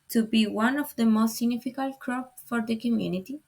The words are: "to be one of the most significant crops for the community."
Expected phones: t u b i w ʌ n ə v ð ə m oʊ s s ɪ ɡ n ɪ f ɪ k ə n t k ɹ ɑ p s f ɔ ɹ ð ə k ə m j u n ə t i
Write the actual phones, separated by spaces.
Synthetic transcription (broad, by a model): t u b i w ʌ n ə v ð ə m oʊ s s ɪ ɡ n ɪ f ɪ k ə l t k ɹ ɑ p f ɔ ɹ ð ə k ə m j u n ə t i